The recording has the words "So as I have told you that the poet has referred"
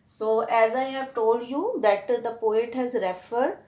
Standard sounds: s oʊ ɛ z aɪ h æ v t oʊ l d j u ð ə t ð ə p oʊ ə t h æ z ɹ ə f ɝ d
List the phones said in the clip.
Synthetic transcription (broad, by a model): s oʊ ɛ z aɪ h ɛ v t oʊ l d j u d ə t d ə p oʊ ə t h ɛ z ɹ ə f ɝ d